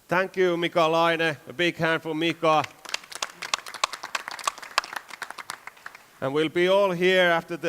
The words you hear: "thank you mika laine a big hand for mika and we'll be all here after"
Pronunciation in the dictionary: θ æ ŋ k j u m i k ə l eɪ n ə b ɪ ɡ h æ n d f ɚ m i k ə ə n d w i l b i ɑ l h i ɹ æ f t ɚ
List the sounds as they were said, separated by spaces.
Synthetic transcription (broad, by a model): θ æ ŋ k j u m i k ə l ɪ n ə b ɪ ɡ h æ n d f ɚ m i k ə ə n w i l b i ɑ l h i ɹ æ f t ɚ